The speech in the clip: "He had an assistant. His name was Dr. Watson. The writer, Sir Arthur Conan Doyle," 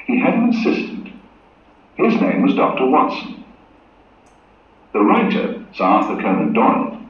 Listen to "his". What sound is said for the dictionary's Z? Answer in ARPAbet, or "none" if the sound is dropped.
Z